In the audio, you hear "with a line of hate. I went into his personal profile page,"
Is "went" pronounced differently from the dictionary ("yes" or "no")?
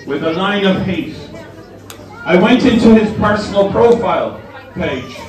no